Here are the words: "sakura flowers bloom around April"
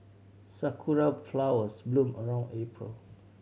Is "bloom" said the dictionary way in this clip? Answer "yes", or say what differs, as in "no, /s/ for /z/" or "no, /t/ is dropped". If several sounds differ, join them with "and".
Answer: yes